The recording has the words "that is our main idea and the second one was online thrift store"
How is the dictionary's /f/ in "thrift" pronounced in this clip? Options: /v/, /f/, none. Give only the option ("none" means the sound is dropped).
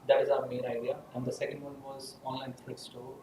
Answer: none